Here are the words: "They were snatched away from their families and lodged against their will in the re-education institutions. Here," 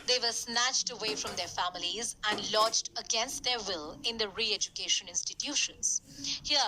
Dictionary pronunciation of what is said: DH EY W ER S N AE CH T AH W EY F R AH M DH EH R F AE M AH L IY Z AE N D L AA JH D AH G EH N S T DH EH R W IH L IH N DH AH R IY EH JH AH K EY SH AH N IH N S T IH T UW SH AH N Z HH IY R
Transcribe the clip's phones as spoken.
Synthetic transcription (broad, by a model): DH EY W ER S N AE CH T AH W EY F R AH M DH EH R F AE M AH L IY Z AE N D L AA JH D AH G EH N S T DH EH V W IH L IH N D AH R IY EH JH AH K EY SH AH N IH N S T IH T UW SH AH N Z HH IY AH